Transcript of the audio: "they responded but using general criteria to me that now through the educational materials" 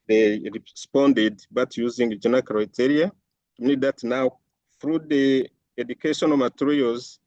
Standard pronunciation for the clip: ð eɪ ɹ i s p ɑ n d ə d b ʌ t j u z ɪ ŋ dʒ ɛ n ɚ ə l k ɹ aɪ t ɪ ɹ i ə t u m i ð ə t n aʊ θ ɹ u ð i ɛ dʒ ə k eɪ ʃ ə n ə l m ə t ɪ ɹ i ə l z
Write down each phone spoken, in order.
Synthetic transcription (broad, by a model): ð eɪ ɹ i s p ɑ n d ə d b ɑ t j u z ɪ ŋ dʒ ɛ n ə k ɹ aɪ t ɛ ɹ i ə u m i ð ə t n aʊ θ ɹ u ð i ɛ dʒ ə k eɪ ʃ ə n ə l m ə t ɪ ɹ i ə l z